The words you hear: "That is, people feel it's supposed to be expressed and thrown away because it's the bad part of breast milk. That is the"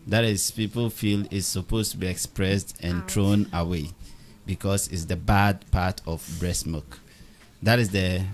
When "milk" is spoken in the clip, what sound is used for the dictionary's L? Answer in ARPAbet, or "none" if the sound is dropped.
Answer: none